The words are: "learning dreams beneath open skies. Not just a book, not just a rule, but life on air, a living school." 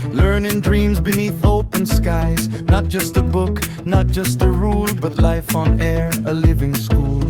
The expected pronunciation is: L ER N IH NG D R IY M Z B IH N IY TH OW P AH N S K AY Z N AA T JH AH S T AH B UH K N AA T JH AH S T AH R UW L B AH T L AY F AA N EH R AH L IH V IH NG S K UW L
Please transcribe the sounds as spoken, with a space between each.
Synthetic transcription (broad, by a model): L ER N IH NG D R IY M Z B IH N IY TH OW P AH N S K AY Z N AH T JH AH S T AH B UH K N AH T JH AH S T AH R UW L B AH T L AY F N EH R AH L IH V IH NG S K UW L